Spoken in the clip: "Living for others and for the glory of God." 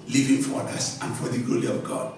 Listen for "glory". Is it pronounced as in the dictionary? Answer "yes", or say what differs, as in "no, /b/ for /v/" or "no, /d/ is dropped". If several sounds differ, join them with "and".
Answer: no, /l/ is dropped